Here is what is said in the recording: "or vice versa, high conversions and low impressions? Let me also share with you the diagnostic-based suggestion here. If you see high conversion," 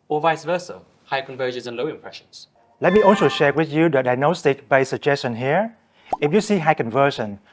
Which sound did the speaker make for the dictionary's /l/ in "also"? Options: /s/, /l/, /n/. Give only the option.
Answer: /n/